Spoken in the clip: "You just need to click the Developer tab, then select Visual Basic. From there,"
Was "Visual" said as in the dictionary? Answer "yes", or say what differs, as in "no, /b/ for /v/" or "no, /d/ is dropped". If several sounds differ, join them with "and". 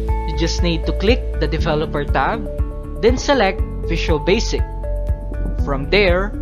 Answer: no, /f/ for /v/